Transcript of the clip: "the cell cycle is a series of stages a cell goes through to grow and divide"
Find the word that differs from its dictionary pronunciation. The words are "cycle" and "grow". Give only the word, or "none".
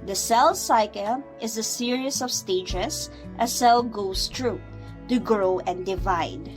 none